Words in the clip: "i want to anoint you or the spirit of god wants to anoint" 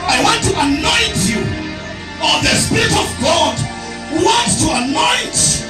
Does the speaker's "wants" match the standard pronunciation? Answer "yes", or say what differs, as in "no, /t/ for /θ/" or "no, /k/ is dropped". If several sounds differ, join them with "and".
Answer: no, /s/ is dropped